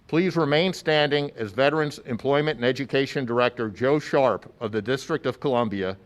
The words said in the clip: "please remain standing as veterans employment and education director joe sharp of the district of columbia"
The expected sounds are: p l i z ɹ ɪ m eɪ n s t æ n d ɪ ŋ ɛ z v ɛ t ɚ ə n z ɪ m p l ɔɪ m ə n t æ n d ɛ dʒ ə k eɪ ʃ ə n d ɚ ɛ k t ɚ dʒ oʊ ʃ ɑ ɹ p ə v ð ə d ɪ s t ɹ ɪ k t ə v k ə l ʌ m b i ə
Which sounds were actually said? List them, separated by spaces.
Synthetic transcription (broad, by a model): p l i z ɹ ɪ m eɪ n s t æ n d ɪ ŋ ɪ z v ɛ t ɚ ə n z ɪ m p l ɔɪ m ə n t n ɛ dʒ ə k eɪ ʃ ə n d ɚ ɛ k t ɚ dʒ oʊ ʃ ɑ ɹ p ə v ð ə d ɪ s t ɹ ɪ k t ə v k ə l ʌ m b i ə